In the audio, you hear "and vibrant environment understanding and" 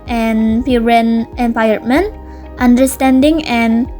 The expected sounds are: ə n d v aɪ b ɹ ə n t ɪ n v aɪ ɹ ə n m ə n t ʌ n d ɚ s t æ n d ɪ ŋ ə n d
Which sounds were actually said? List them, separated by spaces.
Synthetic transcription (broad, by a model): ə n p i ɹ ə n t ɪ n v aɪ ə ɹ m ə n t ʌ n d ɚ s t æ n d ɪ ŋ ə n